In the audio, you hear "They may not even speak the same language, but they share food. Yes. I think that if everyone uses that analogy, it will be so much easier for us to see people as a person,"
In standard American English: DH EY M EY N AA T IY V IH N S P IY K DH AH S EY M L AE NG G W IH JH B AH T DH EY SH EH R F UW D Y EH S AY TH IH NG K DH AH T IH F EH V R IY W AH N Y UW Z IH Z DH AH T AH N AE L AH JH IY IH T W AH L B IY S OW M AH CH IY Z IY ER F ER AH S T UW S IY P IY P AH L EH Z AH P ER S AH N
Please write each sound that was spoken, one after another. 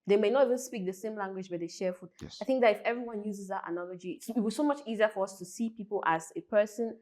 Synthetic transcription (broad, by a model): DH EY M EY N AA T IY V IH N S P IY K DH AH S EY M L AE NG G W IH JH B AH T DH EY SH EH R F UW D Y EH AY TH IH NG K DH AH T IH F EH V R IY W AH N Y UW Z IH Z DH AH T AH N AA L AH JH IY IH T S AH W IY S OW M AH CH IY Z IY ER F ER AH S T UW S IY P IY P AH L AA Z AH P ER S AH N